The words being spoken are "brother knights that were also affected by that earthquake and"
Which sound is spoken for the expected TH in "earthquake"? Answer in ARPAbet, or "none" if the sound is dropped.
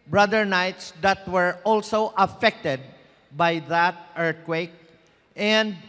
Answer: T